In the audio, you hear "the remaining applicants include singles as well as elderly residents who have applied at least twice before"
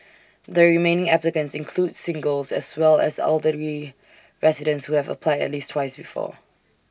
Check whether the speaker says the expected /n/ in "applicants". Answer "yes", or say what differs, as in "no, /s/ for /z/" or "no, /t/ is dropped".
yes